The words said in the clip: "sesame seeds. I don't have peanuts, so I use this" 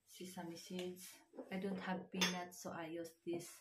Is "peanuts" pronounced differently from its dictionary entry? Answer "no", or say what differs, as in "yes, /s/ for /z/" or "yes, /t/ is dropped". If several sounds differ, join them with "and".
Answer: yes, /b/ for /p/